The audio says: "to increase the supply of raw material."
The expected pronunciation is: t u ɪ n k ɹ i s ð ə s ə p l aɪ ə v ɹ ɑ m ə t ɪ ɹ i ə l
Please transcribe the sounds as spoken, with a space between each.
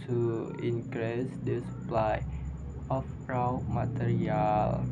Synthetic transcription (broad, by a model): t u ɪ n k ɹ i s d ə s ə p l aɪ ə p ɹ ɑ m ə t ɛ ɹ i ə l